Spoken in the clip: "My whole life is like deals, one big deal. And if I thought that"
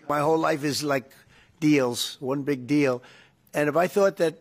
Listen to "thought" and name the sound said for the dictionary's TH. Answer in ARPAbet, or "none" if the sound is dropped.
TH